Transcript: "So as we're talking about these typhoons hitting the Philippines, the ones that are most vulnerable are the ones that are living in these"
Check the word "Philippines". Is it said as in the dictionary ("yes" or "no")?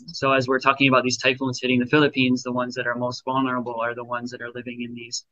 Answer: yes